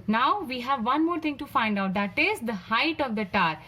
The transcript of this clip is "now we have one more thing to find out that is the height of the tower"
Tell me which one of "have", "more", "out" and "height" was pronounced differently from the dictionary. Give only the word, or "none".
none